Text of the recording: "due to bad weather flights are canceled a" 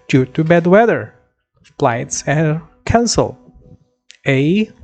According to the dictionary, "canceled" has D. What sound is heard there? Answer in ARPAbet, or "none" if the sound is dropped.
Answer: none